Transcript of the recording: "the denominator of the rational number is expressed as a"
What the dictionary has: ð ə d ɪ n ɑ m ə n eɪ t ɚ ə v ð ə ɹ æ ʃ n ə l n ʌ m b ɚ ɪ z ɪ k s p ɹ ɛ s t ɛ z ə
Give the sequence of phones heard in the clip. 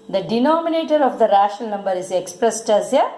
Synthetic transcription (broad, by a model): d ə d ɪ n ɑ m ə n eɪ t ɚ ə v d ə ɹ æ ʃ ə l n ʌ m b ɚ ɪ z ɪ k s p ɹ ɛ s t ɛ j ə